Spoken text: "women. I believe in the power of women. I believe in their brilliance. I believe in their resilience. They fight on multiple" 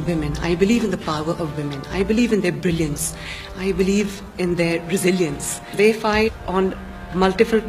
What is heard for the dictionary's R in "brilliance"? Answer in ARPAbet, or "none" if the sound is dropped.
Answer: R